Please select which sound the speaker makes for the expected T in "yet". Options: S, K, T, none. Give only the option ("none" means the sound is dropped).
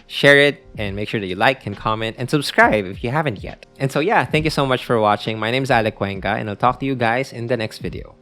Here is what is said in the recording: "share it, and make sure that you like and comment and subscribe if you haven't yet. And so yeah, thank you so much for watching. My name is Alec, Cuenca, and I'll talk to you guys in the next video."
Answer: T